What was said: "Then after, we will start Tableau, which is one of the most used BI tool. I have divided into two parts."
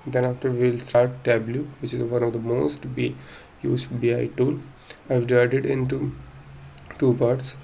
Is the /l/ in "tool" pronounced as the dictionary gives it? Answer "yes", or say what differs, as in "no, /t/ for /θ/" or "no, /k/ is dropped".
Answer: no, /n/ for /l/